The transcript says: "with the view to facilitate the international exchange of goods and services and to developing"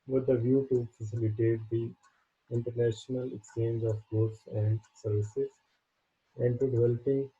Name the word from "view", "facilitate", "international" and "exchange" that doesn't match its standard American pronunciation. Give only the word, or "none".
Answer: none